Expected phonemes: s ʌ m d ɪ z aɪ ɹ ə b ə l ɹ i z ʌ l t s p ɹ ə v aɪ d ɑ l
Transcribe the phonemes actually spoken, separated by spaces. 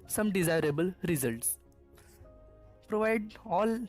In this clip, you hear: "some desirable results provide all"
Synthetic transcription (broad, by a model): s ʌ m d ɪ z aɪ ɹ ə b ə l ɹ i z ʌ l t s p ɹ ə v aɪ d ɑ l